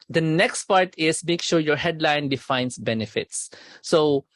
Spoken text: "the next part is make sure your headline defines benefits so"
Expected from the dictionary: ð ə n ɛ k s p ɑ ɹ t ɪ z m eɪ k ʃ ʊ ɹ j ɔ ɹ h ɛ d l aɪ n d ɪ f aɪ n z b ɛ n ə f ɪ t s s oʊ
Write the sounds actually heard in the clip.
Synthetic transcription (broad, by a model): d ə n ɛ k s p ɑ ɹ t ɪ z m eɪ k ʃ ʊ ɹ j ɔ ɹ h ɛ d l aɪ n d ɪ f aɪ n s b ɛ n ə f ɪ t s s oʊ